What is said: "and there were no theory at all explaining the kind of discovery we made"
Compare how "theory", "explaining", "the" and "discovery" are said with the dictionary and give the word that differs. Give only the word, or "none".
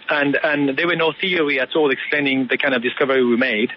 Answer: none